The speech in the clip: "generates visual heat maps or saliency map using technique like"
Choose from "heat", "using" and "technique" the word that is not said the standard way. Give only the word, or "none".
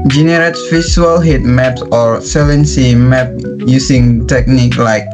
using